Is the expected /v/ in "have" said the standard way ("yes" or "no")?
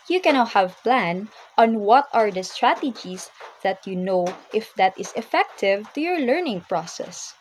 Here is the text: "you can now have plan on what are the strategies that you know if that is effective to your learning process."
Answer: yes